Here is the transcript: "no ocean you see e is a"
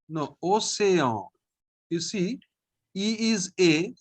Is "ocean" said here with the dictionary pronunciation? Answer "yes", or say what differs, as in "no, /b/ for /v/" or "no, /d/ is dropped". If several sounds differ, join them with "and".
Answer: no, /s/ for /ʃ/